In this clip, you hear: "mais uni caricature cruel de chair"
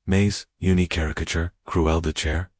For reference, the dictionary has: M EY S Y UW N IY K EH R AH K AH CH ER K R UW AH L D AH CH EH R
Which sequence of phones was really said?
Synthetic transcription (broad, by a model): M EY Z Y UW N IY K EH R AH K AH CH ER K R UW AH L D AH CH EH R